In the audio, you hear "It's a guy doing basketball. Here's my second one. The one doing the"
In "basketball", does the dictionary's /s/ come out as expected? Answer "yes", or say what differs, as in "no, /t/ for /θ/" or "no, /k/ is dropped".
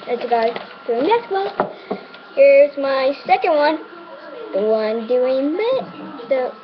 no, /s/ is dropped